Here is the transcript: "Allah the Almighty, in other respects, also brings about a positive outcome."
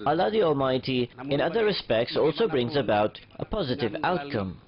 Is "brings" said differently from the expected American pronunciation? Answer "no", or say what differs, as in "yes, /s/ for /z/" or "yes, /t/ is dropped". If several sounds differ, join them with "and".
no